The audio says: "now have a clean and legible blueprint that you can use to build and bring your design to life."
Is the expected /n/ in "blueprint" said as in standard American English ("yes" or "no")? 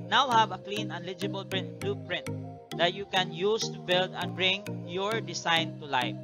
yes